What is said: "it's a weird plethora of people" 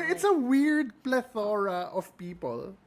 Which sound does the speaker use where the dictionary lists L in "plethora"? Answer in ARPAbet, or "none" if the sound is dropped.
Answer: L